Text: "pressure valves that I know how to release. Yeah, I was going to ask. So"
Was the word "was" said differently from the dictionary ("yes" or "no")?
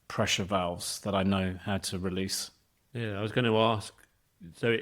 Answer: no